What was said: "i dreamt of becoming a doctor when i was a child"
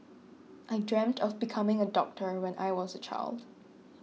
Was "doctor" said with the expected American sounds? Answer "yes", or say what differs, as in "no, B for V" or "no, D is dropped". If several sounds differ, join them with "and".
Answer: yes